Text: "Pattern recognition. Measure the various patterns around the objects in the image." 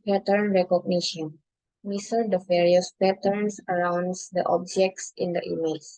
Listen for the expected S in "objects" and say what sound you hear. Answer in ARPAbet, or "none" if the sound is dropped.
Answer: S